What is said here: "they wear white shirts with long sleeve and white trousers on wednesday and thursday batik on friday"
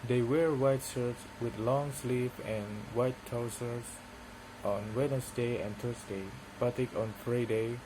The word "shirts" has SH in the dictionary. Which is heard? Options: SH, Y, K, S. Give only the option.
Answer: S